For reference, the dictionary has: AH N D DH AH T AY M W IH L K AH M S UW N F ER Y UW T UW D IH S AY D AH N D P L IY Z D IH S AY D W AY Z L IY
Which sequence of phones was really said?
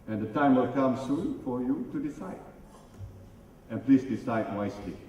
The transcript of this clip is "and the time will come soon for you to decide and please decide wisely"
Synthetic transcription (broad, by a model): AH N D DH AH T AY M W IH L K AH M S UW N F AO Y UW T UW D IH S AY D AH N P L IY S D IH S AY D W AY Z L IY